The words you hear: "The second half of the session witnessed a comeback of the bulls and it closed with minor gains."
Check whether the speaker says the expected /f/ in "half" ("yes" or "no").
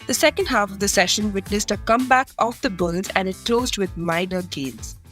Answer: yes